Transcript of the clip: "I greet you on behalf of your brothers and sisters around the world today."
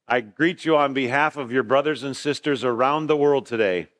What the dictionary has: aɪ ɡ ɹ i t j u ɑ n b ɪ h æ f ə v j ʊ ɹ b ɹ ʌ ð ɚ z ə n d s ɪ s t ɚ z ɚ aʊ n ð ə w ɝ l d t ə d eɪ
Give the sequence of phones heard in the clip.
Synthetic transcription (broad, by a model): aɪ ɡ ɹ i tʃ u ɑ n b ɪ h æ f ə v j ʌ ɹ b ɹ ʌ ð ɚ z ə n s ɪ s t ɚ z ɚ aʊ n ð ə w ɝ l d t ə d eɪ